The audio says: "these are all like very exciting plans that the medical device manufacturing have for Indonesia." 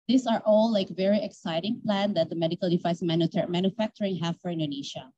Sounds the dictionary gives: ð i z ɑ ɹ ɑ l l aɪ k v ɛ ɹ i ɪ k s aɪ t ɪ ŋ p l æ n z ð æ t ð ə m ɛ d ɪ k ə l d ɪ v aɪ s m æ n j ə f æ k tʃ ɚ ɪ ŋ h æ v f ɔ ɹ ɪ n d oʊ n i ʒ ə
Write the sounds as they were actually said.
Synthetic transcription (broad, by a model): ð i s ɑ ɹ ɑ l l aɪ k v ɛ ɹ i ɪ k s aɪ t ɪ ŋ p l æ n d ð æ t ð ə m ɛ d ɪ k ə l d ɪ f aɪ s m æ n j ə f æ k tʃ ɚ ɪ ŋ h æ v f ɔ ɹ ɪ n d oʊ n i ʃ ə